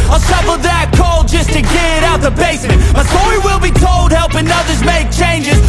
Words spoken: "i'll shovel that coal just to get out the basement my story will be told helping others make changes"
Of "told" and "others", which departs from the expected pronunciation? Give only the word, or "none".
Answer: none